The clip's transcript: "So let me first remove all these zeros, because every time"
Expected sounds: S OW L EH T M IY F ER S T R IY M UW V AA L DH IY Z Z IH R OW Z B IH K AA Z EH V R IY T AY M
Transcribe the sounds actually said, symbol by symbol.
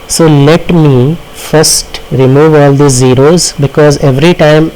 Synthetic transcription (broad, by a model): S OW L EH T M IY F ER S T R IY M UW V AA L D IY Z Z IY R OW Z B IH K AA Z EH V R IY T AY M